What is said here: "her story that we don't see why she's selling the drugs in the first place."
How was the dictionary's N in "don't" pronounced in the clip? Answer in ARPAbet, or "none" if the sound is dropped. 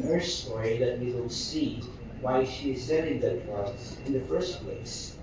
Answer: L